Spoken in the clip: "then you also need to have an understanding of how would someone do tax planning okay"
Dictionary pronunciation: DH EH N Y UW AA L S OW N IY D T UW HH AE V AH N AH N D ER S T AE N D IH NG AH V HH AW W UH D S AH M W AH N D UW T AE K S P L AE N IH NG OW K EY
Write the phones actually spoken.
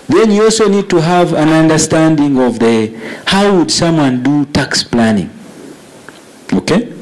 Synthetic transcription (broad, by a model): DH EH N Y UW AA L S OW N IY D T UW HH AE V AH N AH N D ER S T AE N D IH NG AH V HH AW W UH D S AH M W AH N D UW T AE K S P L AE N IH NG OW K EY